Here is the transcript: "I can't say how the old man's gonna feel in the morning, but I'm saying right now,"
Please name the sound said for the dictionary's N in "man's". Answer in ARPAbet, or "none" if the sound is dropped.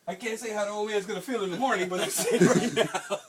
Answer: none